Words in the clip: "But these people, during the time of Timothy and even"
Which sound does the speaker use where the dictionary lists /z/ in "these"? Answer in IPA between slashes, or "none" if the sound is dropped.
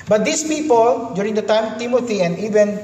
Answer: /s/